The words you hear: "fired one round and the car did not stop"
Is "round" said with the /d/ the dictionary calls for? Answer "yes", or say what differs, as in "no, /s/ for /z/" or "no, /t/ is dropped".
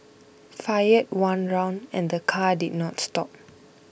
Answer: yes